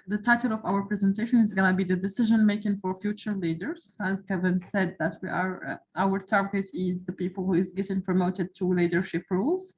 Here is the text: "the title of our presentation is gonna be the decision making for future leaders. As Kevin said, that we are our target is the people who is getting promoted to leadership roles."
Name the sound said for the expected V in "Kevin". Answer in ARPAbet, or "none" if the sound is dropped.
V